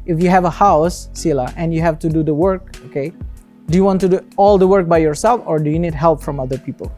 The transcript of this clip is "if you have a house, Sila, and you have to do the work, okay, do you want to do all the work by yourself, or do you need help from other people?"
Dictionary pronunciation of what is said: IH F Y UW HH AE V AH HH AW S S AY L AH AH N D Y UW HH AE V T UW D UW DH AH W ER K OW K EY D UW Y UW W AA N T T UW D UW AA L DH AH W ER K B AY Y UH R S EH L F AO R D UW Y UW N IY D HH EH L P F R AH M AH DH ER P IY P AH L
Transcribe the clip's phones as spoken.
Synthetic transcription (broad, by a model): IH F Y UW HH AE V AH HH AW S S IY L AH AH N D Y UW HH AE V T UW D UW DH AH W ER K OW K EY D UW Y UW W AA N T T UW D UW AA L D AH W ER K B AY Y UH R S EH L F AO R D UW Y UW N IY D HH EH L P F R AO M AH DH ER P IY P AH L